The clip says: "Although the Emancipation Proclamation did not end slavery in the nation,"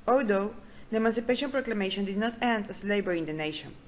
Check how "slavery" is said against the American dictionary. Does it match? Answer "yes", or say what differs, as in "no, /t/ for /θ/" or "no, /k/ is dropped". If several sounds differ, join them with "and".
no, /b/ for /v/